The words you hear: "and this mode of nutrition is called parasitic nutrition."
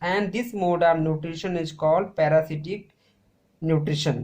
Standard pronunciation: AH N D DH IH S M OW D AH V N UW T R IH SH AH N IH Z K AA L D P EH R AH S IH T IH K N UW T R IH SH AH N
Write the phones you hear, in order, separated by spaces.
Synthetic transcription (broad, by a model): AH N D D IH S M OW D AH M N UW T R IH SH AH N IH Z K AA L D P EH R AH S IH T IH K N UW T R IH SH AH N